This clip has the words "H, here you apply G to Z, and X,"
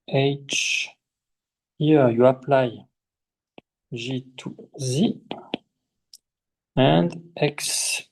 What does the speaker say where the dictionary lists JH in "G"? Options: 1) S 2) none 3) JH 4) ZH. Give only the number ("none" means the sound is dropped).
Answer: 4